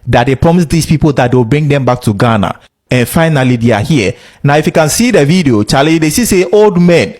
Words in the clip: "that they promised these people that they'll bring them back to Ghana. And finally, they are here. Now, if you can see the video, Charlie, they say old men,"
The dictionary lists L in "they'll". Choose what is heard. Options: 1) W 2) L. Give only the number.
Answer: 1